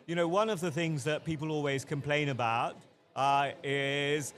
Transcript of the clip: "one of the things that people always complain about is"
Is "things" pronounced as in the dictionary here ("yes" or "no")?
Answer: yes